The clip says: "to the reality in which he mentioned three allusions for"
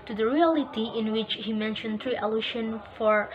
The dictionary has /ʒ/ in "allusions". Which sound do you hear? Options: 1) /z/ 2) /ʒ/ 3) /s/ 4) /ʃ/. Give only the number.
4